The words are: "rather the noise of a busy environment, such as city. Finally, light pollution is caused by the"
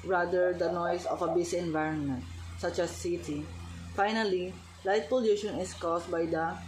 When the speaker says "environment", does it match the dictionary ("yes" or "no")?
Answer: yes